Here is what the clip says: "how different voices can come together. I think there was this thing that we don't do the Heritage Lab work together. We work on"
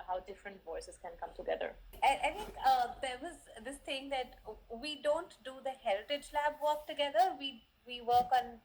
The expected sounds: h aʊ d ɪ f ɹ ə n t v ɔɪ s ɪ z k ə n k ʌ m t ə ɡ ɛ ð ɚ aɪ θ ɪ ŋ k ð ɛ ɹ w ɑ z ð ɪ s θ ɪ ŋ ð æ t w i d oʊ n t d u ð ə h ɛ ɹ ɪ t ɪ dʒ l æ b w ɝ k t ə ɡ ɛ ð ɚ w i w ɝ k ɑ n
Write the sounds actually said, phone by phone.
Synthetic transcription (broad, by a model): h aʊ d ɪ f ɹ ə n t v ɔɪ s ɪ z k ə n k ʌ m t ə ɡ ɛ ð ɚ aɪ t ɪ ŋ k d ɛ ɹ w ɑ z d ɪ s t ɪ ŋ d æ t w i d oʊ n t d u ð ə h ɛ ɹ ɪ t ɪ dʒ l æ b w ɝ k t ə ɡ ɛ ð ɚ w i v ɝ k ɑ n